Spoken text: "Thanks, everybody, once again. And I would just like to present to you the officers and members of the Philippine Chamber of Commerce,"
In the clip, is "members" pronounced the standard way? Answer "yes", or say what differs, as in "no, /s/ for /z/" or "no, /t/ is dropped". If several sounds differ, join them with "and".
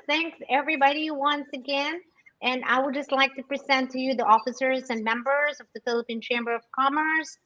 yes